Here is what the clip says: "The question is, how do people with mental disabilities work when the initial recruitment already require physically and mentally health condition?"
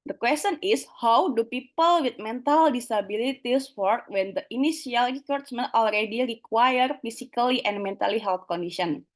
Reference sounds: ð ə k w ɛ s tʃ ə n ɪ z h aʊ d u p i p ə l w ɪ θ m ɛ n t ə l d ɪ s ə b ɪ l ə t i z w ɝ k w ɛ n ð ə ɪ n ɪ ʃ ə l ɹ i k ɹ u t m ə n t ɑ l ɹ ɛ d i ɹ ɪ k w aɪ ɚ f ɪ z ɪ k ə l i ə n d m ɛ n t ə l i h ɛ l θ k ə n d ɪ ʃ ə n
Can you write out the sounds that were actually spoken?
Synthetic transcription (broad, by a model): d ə k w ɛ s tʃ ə n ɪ s h aʊ d u p i p ə l w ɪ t m ɛ n t ə l d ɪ s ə b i l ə t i s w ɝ k w ɛ n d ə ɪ n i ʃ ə l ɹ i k ɹ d s m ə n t ɑ l ɹ ɛ d i ɹ ɪ k w aɪ ɚ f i s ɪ k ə l i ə n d m ɛ n t ə l i h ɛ l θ k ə n d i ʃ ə n